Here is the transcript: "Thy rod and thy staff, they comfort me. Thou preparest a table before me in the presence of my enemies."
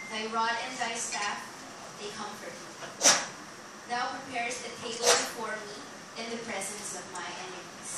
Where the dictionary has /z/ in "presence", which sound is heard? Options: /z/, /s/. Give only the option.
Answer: /z/